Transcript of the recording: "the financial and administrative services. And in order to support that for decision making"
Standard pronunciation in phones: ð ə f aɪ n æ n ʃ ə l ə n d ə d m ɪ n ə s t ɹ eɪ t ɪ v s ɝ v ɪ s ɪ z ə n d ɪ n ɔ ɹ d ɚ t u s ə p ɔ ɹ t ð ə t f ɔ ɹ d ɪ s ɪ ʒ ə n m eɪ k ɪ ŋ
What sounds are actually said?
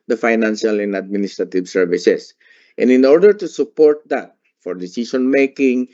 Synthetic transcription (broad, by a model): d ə f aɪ n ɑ n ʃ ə l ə n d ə d m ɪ n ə s t ɹ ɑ t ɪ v s ɝ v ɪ s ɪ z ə n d ɪ n ɔ ɹ d ɚ t u s ə p ɔ ɹ t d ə t f ɔ ɹ d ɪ s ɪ s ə n m eɪ k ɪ ŋ